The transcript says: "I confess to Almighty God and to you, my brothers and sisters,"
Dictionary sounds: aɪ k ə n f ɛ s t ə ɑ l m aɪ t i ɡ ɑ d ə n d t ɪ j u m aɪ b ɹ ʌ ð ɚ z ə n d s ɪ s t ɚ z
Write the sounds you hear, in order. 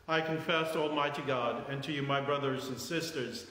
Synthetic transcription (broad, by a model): aɪ k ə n f ɛ s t ɑ l m aɪ t i ɡ ɑ d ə n t ɪ j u m aɪ b ɹ ʌ ð ɚ z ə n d s ɪ s t ɚ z